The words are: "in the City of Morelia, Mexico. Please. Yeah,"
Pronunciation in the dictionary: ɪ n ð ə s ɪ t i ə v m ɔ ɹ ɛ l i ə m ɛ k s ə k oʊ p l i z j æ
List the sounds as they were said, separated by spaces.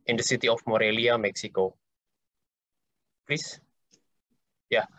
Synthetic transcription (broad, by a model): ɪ n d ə s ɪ t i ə f m ɔ ɹ ɛ l i ə m ɛ k s ə k oʊ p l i s j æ